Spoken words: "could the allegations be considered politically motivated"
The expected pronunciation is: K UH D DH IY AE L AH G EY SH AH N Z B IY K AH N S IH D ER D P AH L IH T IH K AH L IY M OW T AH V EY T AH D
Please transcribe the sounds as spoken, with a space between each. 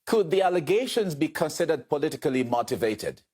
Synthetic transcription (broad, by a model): K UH D DH IY AE L AH G EY SH AH N Z B IY K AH N S IH D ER D P AH L IH T IH K AH L IY M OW T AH V EY T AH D